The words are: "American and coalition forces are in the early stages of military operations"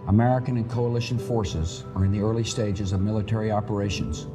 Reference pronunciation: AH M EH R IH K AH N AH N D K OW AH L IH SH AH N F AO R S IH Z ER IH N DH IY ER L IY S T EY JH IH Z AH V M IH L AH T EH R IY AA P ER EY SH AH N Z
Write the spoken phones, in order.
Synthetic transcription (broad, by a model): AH M EH R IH K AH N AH N K OW AH L IH SH AH N F AO R S IH Z ER IH N DH IY ER L IY S T EY JH IH Z AH V M IH L AH T EH R IY AA P ER EY SH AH N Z